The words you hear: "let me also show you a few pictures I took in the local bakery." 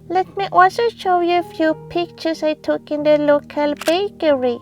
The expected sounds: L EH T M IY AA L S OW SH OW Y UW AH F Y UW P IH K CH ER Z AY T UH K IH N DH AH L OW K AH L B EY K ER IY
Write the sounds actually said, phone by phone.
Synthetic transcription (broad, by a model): L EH T M IY AA L S OW SH OW Y UW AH F Y UW P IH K CH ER S AY T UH K IH N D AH L OW K AH L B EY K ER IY